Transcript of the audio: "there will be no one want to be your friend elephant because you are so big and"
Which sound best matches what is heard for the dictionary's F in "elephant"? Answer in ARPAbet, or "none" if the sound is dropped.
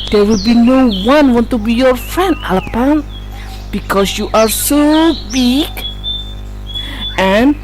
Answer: P